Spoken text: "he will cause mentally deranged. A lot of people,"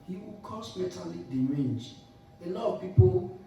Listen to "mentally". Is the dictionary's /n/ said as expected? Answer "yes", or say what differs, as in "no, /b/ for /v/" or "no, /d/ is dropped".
no, /n/ is dropped